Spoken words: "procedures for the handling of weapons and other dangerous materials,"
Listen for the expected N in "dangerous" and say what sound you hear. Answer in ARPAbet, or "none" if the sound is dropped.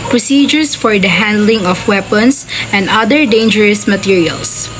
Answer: N